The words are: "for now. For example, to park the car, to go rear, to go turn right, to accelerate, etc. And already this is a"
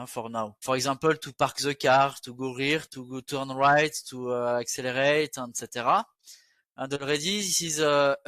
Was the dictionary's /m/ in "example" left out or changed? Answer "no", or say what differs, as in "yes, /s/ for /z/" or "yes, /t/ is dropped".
yes, /m/ is dropped